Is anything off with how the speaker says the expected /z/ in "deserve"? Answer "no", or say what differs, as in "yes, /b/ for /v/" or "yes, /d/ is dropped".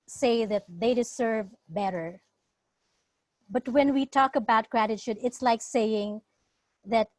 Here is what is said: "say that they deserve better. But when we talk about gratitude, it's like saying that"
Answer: yes, /s/ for /z/